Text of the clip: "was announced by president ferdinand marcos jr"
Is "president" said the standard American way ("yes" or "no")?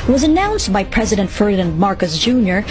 yes